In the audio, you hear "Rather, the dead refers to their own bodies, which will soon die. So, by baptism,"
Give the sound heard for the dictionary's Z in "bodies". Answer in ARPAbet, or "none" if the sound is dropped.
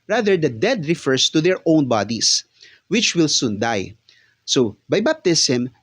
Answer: S